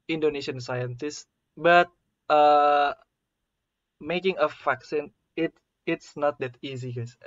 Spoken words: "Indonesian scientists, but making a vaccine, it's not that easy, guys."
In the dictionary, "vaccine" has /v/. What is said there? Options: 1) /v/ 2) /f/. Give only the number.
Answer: 2